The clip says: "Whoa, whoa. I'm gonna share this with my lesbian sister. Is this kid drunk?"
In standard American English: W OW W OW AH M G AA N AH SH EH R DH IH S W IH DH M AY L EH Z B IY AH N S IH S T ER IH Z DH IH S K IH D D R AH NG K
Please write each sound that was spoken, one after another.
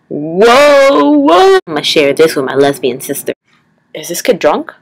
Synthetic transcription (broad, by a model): W OW W OW AH M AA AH SH EH R DH IH S W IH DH M AY L EH Z B IY AH N S IH S T ER IH Z DH IH S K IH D D R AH NG K